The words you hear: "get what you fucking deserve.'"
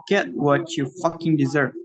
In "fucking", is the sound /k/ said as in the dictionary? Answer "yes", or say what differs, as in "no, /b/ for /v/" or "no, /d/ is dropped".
yes